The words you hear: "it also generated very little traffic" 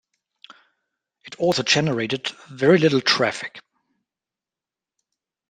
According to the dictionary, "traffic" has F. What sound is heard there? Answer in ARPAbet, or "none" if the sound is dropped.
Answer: F